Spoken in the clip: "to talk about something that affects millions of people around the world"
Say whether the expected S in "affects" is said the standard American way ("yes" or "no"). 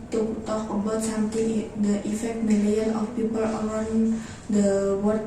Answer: no